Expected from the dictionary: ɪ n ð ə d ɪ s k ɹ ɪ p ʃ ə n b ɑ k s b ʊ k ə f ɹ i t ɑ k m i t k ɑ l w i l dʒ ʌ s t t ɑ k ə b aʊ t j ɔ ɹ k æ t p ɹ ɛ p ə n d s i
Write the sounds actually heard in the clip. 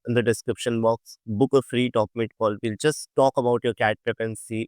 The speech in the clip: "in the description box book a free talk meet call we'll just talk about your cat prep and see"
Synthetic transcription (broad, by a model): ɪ n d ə d ɪ s k ɹ ɪ p ʃ ə n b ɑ k s b ʊ k ə f ɹ i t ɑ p m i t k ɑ l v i l dʒ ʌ s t t ɑ k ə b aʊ t j ɔ ɹ k æ t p ɛ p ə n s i